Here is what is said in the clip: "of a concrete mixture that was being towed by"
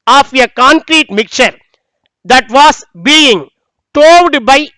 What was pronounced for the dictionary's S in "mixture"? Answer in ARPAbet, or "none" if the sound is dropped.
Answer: none